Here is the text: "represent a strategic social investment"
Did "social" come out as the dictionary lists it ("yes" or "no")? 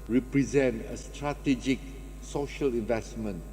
yes